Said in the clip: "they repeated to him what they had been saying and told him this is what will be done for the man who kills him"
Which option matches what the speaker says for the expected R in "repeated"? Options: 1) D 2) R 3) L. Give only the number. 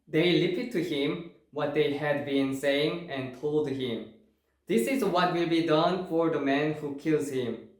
3